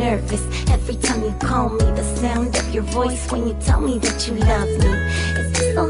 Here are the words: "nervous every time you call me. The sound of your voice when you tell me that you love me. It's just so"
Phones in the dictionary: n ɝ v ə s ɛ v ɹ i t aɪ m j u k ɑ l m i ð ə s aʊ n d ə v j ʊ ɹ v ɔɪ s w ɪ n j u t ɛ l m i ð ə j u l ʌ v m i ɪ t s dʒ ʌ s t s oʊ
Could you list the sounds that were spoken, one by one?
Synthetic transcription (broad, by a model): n ɝ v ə s ɛ v ɹ i t aɪ m j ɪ k ɑ l m i ð ə s aʊ n d ə v j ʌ ɹ v ɔɪ s w ɪ n j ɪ t ɛ l m i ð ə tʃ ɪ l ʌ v m i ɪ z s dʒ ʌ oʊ